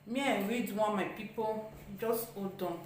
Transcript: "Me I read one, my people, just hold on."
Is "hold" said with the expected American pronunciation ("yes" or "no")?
no